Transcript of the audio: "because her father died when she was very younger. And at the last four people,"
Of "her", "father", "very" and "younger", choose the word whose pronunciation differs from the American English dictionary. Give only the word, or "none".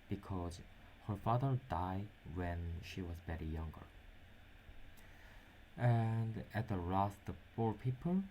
very